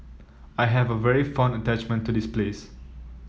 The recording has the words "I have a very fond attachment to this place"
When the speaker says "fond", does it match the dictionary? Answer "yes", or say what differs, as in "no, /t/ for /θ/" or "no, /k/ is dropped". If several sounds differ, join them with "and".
no, /d/ is dropped